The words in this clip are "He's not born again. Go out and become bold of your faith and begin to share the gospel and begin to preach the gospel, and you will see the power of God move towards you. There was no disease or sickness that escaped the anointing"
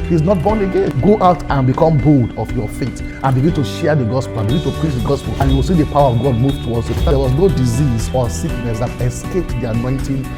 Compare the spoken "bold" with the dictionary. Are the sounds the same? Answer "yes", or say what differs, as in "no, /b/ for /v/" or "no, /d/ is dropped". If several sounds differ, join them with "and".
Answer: yes